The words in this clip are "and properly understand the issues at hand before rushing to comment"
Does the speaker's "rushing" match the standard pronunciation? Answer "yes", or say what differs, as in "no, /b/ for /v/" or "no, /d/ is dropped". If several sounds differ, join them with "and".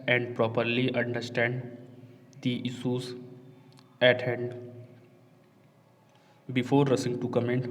no, /s/ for /ʃ/